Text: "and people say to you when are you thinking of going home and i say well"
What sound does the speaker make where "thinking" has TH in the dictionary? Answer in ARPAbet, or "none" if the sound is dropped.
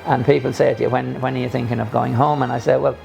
TH